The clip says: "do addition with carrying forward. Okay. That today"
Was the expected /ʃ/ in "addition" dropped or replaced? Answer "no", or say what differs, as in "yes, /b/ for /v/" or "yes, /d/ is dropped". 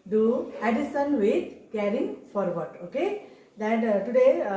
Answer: yes, /s/ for /ʃ/